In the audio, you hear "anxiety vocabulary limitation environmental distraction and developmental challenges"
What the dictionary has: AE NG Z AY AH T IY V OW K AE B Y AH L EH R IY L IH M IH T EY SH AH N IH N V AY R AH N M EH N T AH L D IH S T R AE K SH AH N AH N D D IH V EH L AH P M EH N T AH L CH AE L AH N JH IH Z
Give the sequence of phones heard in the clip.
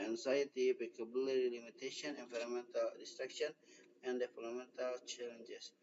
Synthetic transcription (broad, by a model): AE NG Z AY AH T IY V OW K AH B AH L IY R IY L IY M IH T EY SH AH N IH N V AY R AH M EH N T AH L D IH S T R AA K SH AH N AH N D D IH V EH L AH M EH N T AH L CH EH L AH N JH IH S